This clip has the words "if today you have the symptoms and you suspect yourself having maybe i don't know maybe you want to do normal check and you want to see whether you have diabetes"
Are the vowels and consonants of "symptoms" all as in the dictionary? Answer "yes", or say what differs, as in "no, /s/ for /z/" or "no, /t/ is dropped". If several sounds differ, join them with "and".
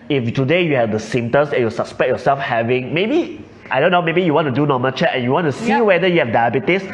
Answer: no, /p/ is dropped and /s/ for /z/